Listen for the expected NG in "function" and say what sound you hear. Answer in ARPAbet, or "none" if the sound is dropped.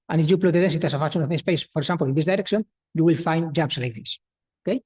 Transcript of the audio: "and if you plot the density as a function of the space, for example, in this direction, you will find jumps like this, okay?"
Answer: none